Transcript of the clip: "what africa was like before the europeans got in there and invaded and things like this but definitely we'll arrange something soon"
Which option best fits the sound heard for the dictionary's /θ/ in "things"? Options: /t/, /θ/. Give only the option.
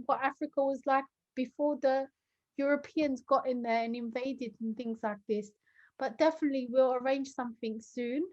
/θ/